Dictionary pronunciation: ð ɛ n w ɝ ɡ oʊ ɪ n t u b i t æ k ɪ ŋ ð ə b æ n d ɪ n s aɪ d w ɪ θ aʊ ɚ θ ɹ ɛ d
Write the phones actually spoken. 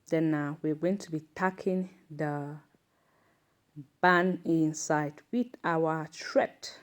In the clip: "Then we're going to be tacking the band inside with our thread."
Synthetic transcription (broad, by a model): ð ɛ n w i ɡ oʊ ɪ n t u b i t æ k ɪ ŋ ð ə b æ n ɪ n s aɪ d w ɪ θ aʊ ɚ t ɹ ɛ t